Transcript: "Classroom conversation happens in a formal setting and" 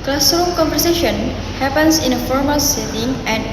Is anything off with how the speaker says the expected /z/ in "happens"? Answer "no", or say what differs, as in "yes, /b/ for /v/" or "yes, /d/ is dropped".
yes, /s/ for /z/